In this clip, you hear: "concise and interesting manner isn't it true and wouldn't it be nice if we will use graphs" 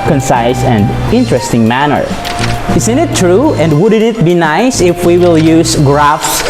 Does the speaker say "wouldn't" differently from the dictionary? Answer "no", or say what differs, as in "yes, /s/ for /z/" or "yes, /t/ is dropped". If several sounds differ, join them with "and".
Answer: yes, /t/ is dropped